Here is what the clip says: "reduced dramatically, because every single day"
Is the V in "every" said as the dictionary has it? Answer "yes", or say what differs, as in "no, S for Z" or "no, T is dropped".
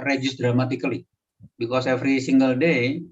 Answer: no, F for V